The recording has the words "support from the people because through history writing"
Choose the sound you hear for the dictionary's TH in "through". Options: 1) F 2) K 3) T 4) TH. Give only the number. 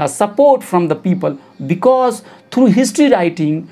3